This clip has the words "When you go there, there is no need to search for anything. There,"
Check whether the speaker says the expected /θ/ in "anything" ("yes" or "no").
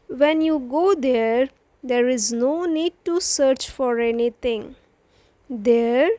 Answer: no